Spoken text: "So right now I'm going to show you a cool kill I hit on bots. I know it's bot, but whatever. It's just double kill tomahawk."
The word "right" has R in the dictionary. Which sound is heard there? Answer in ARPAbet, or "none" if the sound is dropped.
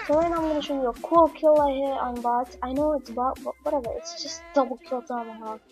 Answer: L